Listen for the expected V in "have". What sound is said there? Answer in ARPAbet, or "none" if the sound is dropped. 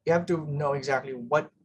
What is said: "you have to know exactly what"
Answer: F